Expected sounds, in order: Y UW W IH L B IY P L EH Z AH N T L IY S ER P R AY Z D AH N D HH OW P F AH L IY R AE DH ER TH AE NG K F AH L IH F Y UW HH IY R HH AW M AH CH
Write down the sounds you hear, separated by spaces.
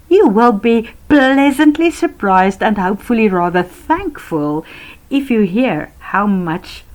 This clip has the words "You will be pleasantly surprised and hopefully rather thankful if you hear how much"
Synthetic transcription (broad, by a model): Y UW W IH L B IY P L EH Z AH N T L IY S ER P R AY Z D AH N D HH OW P F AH L IY R AE DH ER TH AE NG K F AH L IH F Y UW HH IY R HH AW M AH CH